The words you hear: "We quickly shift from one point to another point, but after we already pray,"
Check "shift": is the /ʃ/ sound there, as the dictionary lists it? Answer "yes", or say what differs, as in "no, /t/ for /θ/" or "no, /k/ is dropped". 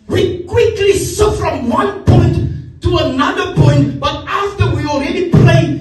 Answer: no, /s/ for /ʃ/